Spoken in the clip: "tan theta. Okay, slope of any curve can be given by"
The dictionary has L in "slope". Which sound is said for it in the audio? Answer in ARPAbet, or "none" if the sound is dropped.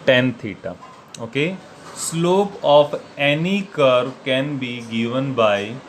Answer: L